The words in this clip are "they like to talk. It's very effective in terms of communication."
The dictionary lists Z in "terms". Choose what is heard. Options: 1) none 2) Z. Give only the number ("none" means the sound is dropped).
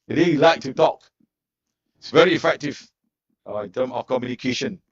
1